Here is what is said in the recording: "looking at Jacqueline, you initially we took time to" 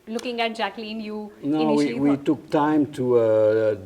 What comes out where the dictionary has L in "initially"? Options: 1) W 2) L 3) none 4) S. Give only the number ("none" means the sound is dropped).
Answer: 1